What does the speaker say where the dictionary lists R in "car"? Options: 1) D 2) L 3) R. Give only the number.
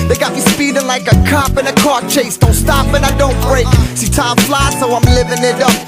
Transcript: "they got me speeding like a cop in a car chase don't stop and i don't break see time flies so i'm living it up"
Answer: 3